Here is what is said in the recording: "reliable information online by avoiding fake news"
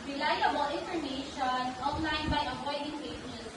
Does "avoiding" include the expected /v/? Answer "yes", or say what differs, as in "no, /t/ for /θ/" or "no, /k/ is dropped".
no, /p/ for /v/